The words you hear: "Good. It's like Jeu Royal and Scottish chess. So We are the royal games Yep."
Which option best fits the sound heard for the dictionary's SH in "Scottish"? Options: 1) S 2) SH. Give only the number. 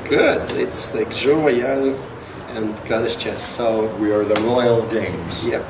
1